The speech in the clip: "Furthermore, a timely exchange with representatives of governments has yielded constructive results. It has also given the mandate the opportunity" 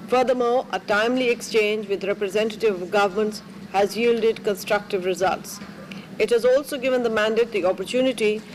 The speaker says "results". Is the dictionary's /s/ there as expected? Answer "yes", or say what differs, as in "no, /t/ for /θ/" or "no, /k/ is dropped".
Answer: yes